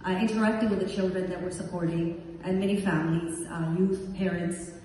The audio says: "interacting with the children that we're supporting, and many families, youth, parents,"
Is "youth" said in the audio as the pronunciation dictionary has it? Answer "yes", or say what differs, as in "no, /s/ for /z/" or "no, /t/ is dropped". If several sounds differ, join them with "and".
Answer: yes